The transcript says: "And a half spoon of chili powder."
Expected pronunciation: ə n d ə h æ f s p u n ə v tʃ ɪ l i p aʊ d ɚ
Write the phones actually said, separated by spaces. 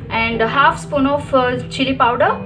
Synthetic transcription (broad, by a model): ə n d ə h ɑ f s p u n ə f tʃ ɪ l i p aʊ d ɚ